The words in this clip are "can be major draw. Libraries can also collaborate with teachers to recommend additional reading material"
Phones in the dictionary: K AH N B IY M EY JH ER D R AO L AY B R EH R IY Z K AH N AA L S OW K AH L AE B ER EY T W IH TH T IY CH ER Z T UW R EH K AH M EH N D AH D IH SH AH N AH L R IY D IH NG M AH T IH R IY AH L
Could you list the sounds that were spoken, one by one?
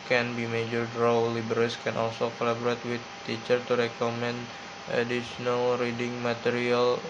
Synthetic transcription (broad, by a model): K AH N B IY M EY JH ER D R AO L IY B EH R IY S K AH N AA L S OW K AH L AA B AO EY T W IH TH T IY CH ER T UW R EH K AH M EH N D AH D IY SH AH N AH L R IY D IH NG M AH T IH R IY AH L